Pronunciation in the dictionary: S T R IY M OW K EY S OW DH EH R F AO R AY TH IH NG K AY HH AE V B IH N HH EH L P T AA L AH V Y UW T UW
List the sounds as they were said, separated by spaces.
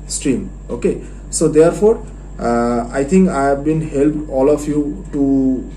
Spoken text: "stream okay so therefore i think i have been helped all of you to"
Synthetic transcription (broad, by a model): S T R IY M OW K EY S OW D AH R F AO R AY T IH NG K AY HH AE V B IH N HH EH L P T AA L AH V Y UW T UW